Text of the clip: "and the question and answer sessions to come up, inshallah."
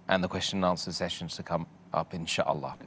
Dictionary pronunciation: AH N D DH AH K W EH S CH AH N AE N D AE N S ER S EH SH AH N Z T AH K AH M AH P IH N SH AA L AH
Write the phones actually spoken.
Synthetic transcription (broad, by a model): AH N DH AH K W EH S CH AH N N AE N S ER S EH SH AH N Z T AH K AH M AH P IH N SH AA L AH